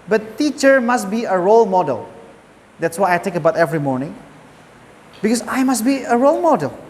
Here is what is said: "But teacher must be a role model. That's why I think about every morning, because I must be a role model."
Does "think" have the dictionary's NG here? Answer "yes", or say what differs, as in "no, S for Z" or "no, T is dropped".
no, NG is dropped